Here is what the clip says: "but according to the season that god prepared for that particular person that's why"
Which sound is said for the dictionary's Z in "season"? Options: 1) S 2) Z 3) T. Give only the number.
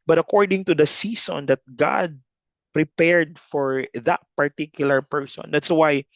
1